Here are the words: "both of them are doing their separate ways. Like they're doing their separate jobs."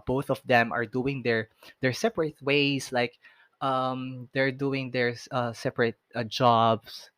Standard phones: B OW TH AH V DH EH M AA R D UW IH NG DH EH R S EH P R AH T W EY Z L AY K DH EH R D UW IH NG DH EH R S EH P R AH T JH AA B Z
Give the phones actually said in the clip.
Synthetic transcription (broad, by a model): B OW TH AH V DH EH M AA R D UW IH NG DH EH R S EH P R AH T W EY S L AY K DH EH R D UW IH NG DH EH R S EH P R AH T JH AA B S